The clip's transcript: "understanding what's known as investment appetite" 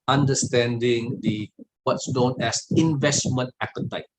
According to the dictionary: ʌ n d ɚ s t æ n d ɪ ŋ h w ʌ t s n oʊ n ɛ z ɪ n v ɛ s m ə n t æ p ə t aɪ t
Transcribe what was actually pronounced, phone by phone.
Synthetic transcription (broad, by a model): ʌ n d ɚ s t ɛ n d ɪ ŋ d w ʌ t s n oʊ n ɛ s ɪ n v ɛ s m ə n t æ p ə t aɪ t